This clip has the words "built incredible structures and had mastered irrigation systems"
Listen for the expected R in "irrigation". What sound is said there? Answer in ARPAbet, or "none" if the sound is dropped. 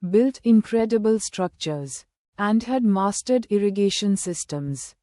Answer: R